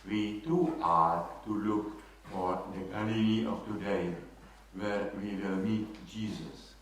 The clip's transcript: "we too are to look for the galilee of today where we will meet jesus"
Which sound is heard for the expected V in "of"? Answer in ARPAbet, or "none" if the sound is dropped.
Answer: F